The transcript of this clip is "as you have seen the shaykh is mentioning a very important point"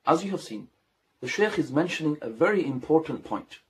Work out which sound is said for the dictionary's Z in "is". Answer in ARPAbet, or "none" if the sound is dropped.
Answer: Z